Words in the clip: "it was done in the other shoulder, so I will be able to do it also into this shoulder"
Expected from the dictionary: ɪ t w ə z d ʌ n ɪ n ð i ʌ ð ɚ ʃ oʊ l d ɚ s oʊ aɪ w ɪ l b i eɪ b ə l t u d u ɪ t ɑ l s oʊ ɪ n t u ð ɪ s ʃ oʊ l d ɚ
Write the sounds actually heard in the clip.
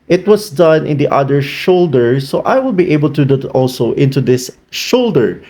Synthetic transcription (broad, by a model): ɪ t w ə s d ʌ n ɪ n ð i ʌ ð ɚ ʃ oʊ l d ɚ s oʊ aɪ w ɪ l b i eɪ b ə l t u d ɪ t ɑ l s oʊ ɪ n t u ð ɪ s ʃ oʊ l d ɚ